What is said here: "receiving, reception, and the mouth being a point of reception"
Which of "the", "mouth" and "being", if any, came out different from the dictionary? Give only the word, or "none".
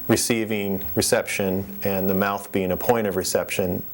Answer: none